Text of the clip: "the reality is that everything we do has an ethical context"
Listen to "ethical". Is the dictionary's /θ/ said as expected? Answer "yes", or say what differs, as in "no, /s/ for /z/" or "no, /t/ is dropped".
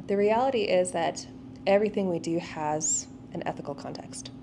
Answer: yes